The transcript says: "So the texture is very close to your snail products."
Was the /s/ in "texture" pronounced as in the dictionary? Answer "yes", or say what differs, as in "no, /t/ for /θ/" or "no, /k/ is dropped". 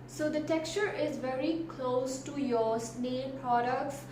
yes